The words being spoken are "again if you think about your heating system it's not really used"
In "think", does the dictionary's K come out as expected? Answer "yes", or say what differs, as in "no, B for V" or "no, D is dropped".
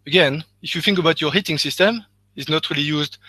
yes